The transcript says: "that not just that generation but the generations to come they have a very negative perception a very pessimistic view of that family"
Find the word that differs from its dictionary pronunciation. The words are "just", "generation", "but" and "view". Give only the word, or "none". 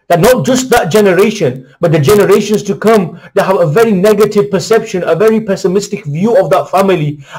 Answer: none